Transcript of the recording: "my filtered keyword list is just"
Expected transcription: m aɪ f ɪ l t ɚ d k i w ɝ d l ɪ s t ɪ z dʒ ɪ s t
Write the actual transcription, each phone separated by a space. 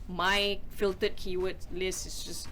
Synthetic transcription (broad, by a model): m aɪ f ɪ l t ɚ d k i w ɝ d l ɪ s ɪ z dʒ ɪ s